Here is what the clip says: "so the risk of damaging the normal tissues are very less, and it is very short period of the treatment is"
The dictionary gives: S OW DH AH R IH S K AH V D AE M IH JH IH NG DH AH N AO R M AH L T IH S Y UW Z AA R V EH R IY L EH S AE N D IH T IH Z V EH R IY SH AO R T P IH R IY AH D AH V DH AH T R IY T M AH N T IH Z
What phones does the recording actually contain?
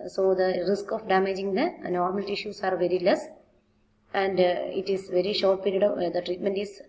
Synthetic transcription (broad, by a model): S OW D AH R IH S K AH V D AE M IH JH IH NG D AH N AO R M AH L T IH SH Y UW S AA R V EH R IY L EH S AE N D IH T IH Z V EH R IY SH AO R T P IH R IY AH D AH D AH T R IY T M AH N T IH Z